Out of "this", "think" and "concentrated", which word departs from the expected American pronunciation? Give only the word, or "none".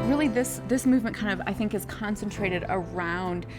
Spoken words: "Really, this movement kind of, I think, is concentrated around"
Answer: none